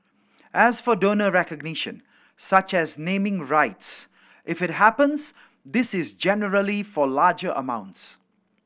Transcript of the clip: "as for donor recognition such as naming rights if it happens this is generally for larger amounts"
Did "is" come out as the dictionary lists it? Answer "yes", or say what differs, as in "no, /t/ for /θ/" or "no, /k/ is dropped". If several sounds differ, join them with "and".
yes